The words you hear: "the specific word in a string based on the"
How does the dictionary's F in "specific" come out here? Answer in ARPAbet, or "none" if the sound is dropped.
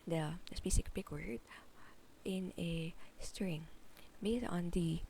P